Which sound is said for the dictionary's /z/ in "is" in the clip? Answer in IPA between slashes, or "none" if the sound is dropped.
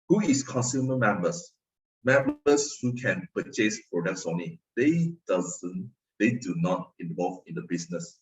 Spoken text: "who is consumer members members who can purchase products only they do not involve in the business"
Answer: /s/